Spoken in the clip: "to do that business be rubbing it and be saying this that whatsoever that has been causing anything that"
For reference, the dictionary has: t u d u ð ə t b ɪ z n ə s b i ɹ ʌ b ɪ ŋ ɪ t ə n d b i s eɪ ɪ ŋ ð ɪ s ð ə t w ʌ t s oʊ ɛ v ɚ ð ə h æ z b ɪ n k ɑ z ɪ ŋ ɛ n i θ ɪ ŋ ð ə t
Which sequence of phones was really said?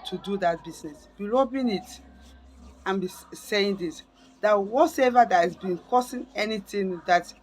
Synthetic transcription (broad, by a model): t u d u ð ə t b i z n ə s b i l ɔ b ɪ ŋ ɪ t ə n b i s eɪ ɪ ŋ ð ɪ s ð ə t w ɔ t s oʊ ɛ v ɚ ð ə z b ɪ n k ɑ s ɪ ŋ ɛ n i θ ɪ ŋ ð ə t